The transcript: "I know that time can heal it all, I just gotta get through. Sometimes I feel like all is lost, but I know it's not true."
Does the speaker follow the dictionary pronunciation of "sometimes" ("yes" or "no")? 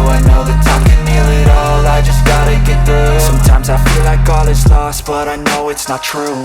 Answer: yes